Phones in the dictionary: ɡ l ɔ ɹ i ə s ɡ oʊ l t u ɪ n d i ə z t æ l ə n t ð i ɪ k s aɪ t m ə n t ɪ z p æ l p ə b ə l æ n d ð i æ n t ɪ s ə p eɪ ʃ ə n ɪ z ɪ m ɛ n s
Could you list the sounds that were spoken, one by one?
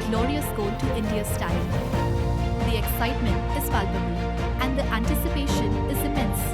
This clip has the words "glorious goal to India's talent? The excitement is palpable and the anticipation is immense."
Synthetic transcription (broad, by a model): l ɔ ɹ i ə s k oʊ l t u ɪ n d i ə s t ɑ ə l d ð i ɪ k s aɪ t m ə n t ɪ z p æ l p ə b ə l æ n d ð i æ n t ɪ s ə p eɪ ʃ ə n ɪ z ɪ m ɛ n s